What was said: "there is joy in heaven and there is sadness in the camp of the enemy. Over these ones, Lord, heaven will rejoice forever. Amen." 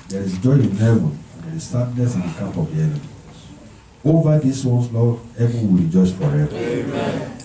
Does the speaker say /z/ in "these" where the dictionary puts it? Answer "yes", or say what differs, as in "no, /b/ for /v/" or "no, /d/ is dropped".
no, /s/ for /z/